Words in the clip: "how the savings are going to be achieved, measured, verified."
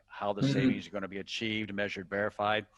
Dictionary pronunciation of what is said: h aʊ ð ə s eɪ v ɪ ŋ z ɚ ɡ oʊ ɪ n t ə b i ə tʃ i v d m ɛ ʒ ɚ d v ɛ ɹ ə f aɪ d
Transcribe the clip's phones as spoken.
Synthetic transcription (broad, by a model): h aʊ ð ə s eɪ v ɪ ŋ z ɚ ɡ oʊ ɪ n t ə b i ə tʃ i v d m ɛ ʒ ɚ d v ɛ ɹ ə f aɪ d